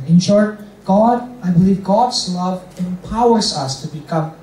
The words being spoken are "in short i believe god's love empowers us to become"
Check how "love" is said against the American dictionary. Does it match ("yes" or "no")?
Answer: yes